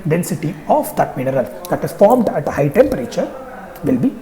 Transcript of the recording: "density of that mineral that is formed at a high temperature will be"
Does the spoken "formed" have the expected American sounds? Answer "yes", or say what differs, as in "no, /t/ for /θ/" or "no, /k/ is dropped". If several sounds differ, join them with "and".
yes